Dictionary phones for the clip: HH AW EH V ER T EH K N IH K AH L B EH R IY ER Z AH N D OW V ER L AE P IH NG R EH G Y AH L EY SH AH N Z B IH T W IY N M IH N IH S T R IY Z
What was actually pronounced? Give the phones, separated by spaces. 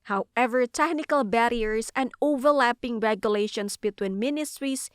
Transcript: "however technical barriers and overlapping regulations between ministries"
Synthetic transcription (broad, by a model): HH AW EH V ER T EH K N IH K AH L B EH R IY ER S AH N D OW V ER L AE P IH NG R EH G Y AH L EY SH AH N S B IH T W IY N M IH N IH S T R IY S